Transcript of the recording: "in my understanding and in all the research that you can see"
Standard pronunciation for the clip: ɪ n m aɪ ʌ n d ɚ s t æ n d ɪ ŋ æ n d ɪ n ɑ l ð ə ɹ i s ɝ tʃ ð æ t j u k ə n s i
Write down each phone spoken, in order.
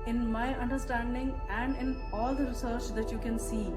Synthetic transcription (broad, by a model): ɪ n m aɪ ʌ n d ɚ s t æ n d ɪ ŋ æ n d ɪ n ɑ l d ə ɹ i s ɝ tʃ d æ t j u k ə n s i